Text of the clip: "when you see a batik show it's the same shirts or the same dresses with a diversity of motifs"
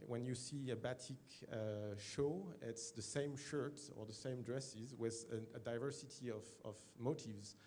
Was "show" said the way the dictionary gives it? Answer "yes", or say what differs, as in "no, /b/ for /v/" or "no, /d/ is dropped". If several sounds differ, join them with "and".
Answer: yes